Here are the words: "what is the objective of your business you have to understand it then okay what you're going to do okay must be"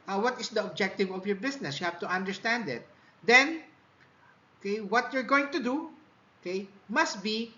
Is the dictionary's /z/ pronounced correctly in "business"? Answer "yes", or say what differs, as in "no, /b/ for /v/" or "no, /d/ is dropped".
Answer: no, /s/ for /z/